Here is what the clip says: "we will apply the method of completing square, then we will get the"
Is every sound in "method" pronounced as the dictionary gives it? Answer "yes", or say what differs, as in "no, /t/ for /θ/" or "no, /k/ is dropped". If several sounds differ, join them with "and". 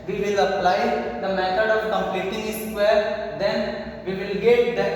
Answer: no, /t/ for /θ/